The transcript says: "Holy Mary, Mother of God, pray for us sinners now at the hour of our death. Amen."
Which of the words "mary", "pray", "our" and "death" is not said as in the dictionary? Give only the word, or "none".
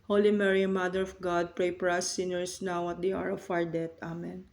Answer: death